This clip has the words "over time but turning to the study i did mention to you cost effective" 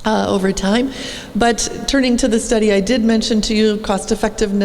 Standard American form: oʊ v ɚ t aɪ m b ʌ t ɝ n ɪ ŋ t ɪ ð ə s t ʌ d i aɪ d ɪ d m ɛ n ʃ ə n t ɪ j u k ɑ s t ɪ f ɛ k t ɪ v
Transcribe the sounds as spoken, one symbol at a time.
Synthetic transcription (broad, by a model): oʊ v ɚ t aɪ m b ʌ t ɝ n ɪ ŋ t ɪ ð ə s t ʌ d i aɪ d ɪ d m ɛ n ʃ ə n t ɪ j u k ɑ s t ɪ f ɛ k t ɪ v